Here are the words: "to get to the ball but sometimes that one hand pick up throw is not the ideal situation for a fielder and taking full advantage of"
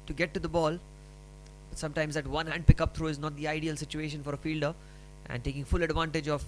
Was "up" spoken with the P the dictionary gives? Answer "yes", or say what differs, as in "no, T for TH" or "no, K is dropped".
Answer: yes